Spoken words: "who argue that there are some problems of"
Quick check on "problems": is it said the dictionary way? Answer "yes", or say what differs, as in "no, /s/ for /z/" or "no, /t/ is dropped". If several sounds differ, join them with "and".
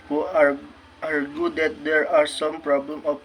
no, /z/ is dropped